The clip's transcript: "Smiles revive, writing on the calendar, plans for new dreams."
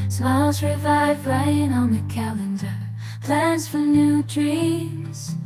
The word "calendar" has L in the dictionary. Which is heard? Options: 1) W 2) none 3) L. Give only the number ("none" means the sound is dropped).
3